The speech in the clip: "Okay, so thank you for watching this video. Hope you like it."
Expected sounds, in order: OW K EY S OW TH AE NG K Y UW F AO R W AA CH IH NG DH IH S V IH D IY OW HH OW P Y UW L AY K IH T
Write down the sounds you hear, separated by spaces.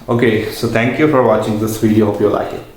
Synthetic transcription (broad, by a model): OW K EY S OW T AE NG K Y UW F AO R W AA CH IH NG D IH S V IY D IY OW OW F Y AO L AY K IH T